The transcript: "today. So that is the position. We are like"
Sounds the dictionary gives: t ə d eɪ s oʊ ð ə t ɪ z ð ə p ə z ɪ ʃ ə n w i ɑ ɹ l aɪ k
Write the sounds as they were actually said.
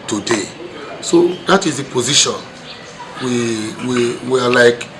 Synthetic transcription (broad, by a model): t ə d eɪ s oʊ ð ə t ɪ z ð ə p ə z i ʃ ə n w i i w l aɪ k